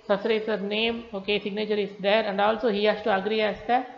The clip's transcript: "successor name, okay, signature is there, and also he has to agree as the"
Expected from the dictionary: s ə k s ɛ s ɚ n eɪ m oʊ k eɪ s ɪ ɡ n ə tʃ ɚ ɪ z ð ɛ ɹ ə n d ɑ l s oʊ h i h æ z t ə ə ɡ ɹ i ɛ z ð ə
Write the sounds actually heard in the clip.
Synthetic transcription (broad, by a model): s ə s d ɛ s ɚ n eɪ m oʊ k eɪ s ɪ ɡ n ə tʃ ɚ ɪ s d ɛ ɹ ə n d ɑ l s oʊ h i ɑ s t ə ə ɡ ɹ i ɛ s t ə